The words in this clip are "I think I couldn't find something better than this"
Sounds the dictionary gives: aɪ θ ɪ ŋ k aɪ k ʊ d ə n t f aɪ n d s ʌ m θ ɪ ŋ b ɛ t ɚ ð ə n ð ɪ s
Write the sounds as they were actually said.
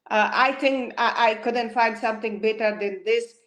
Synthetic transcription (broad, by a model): aɪ t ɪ ŋ k aɪ k ʊ d ə n t f aɪ n d s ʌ m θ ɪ ŋ b ɛ t ɚ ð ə n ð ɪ s